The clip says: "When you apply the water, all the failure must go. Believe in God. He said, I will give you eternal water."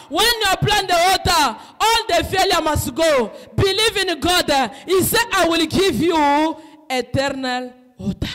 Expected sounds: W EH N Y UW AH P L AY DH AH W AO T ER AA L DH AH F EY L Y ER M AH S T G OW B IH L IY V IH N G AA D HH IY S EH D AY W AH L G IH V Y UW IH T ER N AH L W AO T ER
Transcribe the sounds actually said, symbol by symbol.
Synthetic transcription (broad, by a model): W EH N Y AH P L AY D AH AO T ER AA L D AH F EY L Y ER M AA S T G OW B IH L IY V IH N G AA D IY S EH AY W AH L G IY V Y UW IH T ER N AH L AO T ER